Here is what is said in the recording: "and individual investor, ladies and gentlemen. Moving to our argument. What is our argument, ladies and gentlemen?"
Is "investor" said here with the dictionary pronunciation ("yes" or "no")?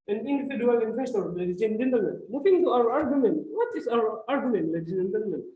no